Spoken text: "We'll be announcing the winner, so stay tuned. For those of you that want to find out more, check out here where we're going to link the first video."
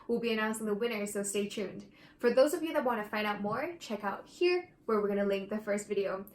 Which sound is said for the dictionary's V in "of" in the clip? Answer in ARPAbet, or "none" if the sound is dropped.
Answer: V